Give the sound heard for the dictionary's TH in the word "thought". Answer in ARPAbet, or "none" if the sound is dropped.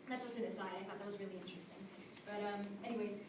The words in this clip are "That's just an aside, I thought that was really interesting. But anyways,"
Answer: F